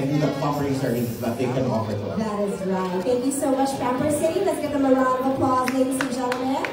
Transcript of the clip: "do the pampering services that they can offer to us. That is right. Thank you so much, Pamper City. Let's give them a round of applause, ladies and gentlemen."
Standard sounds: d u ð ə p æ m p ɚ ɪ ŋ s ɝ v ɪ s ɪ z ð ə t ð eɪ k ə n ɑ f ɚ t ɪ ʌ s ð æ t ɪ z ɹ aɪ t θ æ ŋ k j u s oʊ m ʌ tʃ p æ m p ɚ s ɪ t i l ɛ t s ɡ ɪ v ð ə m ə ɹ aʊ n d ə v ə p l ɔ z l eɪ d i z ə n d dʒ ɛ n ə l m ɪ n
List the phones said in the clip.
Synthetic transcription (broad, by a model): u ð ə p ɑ p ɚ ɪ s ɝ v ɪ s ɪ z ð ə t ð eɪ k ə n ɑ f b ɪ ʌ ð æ t ɪ z ɹ aɪ t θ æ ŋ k j u s oʊ m ʌ tʃ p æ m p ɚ s ɪ t i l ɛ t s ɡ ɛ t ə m ə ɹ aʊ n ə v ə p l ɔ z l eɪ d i s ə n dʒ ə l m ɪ